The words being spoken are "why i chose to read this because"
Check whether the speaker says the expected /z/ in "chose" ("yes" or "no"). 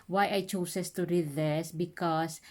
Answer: no